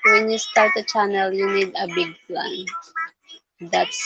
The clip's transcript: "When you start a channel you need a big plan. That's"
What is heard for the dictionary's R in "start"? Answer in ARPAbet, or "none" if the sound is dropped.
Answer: L